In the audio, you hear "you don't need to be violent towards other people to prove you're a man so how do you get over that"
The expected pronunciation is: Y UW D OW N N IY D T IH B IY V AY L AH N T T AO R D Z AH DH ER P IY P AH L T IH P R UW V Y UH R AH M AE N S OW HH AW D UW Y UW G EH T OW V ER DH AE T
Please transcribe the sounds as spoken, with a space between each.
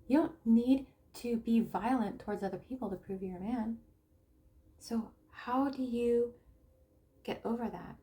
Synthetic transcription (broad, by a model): Y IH D OW N N IY D T IH B IY V AY L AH N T T AO R D Z AH DH ER P IY P L T IH P R UW V Y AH R M AE N S OW HH AW D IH Y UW G EH T OW V ER DH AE T